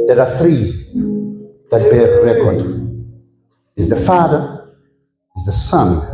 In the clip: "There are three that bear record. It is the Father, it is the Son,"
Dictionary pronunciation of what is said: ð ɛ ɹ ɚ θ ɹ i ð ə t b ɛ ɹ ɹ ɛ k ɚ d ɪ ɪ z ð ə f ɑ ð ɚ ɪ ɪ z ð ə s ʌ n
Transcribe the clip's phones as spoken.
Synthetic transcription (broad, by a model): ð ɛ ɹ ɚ θ ɹ i ð ə t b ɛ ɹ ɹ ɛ k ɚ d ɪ ɪ z ð ə f ɑ ð ɚ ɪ ɪ z ð ə s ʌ n